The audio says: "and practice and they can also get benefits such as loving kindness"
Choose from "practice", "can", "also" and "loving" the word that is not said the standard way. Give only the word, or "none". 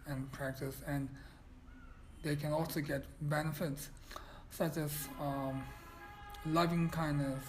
none